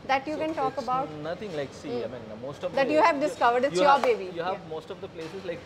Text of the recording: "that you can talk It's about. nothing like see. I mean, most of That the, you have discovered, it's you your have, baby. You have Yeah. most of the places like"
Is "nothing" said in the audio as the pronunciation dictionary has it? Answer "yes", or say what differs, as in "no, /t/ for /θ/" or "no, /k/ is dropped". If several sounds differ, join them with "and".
no, /t/ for /θ/